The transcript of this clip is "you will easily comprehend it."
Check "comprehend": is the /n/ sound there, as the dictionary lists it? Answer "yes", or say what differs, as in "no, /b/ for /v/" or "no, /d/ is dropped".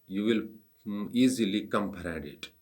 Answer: no, /n/ is dropped